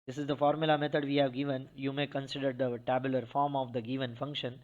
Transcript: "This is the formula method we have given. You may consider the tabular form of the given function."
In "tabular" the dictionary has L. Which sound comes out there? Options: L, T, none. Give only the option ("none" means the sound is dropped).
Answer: L